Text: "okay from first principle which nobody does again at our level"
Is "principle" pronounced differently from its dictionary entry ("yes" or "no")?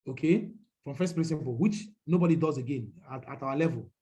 yes